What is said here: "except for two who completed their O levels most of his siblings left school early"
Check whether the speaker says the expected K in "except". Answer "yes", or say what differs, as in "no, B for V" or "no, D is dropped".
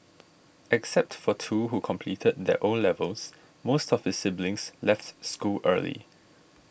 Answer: yes